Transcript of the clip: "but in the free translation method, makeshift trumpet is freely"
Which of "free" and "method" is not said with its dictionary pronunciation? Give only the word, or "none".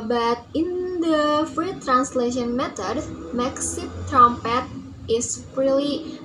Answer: method